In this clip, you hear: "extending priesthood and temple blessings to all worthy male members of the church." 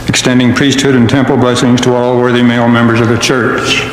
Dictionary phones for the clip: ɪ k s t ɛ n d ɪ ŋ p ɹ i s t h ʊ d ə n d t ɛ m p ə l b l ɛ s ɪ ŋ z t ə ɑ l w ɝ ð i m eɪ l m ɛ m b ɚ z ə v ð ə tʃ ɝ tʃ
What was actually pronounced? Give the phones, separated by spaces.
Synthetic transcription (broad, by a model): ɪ k s t ɛ n d ɪ ŋ p ɹ i s t h ʊ d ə n t ɛ m p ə l b l ɛ s ɪ ŋ z t ə ɑ l w ɝ ð i m eɪ l m ɛ m b ɚ z ə v ð ə tʃ ɝ tʃ